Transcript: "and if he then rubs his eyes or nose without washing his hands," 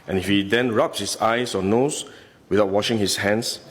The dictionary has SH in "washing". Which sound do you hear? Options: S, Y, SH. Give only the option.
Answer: SH